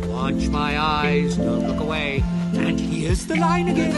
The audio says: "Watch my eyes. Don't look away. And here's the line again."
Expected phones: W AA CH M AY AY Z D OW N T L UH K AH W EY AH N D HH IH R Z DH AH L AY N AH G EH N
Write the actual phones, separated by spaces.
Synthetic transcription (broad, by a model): W AA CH M AY AY Z D OW N T L UH K AH W EY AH N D HH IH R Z DH AH L AY N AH G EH N